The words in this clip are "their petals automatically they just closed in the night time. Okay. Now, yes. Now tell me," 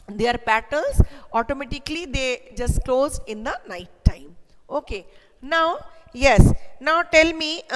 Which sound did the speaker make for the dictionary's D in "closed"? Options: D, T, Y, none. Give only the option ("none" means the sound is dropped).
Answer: none